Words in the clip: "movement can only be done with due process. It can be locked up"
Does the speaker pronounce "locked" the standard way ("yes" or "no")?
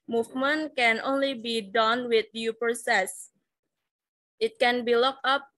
no